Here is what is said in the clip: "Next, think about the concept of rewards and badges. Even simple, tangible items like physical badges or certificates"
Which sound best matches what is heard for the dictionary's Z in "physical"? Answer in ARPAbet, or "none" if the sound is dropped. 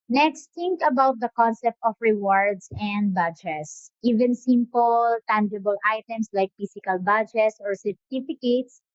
S